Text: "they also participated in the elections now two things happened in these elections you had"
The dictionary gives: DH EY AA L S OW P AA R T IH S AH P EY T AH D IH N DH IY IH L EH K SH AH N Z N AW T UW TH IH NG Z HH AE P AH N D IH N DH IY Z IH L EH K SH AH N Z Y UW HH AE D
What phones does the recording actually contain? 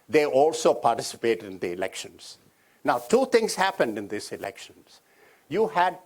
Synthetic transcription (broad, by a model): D EY AA L S OW P AA R T IH S AH P EY T AH D IH N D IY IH L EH K SH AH N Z N AW T UW T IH NG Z HH AE P AH N D IH N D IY S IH L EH K SH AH N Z Y UW HH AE D